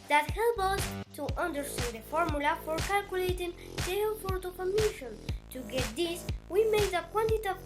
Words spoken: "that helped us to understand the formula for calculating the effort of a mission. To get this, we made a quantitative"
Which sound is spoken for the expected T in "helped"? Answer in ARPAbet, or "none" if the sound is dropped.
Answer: none